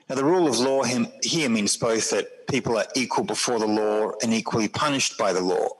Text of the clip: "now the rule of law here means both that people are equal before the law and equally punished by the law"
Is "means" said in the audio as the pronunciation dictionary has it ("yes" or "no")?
yes